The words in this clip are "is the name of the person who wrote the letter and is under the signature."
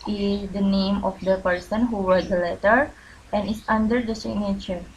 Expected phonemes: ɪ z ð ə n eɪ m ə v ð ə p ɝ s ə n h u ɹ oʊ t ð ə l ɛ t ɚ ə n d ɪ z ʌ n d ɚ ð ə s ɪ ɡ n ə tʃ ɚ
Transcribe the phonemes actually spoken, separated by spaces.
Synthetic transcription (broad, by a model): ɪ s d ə n eɪ m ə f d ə p ɝ s ə n h u w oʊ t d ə l ɛ t ɚ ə n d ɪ s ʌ n d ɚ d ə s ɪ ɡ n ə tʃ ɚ